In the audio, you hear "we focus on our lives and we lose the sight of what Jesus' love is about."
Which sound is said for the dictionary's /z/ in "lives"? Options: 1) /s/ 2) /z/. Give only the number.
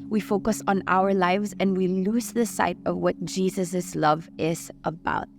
2